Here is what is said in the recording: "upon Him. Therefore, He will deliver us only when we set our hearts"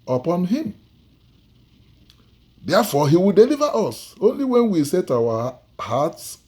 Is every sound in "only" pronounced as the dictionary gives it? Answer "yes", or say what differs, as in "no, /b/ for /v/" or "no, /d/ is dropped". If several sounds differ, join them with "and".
yes